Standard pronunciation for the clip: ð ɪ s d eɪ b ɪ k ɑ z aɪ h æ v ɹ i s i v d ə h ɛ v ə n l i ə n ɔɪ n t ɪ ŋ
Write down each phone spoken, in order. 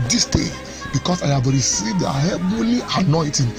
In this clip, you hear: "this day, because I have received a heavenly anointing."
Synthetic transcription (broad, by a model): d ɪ s d eɪ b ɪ k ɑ s aɪ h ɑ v ɹ i s i v d ə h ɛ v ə l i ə n ɔɪ t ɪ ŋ